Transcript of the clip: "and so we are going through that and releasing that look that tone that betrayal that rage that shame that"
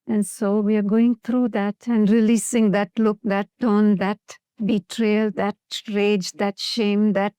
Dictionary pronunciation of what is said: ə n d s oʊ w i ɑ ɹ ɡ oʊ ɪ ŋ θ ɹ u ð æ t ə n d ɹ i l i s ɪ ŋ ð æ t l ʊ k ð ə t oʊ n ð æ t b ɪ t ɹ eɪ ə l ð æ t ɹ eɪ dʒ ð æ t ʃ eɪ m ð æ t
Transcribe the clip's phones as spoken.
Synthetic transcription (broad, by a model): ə n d s oʊ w i ɑ ɹ ɡ oʊ ɪ ŋ t ɹ u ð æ t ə n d ɹ i l i s ɪ ŋ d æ t l ʊ k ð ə t oʊ n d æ t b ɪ t ɹ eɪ l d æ t ɹ eɪ dʒ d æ t ʃ eɪ m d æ t